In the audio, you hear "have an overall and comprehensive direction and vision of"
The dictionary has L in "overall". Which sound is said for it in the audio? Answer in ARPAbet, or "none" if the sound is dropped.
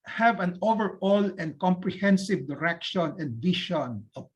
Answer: L